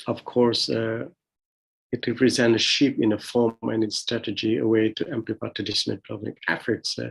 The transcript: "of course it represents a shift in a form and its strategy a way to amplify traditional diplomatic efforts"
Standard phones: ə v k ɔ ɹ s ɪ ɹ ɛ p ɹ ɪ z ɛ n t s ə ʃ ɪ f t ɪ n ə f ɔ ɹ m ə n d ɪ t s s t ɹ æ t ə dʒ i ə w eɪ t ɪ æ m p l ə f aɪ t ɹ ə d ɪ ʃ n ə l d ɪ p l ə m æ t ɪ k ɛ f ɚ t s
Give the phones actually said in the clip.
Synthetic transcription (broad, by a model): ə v k ɔ ɹ s ɪ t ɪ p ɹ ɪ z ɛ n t ə ʃ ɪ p ɪ n ə f ɔ ɹ m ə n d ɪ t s s t ɹ æ t ə dʒ i ə w eɪ t ɪ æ m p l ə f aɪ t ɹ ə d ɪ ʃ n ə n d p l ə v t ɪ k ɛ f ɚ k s